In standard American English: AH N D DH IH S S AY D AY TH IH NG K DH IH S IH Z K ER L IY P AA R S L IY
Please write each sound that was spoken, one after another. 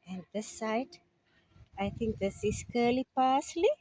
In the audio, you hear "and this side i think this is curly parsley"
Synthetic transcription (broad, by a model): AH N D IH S S AY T AY T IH NG K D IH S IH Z K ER L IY P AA S L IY